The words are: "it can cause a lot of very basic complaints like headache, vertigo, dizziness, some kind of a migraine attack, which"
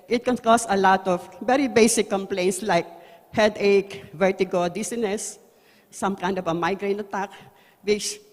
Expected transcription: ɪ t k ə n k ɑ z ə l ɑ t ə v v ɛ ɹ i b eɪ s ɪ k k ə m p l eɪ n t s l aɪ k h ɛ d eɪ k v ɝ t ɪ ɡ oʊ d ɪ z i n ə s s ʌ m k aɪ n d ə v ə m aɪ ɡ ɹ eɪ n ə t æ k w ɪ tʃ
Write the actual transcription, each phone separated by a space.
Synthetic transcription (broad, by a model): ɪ t k ə n k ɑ s ə l ɑ t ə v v ɛ ɹ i b eɪ s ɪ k k ə m p l eɪ n t s l aɪ k h ɛ d eɪ k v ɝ t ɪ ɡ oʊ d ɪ s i n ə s s ʌ m k aɪ n d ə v ə m aɪ ɡ ɹ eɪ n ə t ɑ k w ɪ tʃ